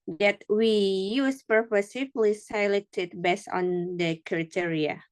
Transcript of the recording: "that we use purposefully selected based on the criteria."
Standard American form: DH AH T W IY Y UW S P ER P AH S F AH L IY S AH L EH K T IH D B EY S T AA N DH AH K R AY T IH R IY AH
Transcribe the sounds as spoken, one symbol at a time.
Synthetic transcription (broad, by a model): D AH T W IY Y UW S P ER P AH S AH L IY S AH L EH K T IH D B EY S AA N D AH K R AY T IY R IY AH